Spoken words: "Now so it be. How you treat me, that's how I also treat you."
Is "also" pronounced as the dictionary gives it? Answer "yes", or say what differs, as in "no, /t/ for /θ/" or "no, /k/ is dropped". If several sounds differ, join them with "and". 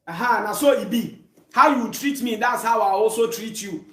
no, /l/ is dropped